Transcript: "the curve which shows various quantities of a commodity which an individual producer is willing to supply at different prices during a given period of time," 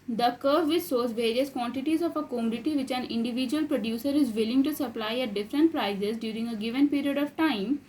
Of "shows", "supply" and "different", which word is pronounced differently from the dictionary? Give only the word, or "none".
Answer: shows